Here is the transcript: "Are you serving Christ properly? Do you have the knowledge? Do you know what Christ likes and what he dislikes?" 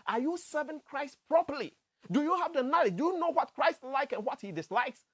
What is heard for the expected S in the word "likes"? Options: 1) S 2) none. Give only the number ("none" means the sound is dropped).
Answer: 2